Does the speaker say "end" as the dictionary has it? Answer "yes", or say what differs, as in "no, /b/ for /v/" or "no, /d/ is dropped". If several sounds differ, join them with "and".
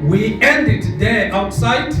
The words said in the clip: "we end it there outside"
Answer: yes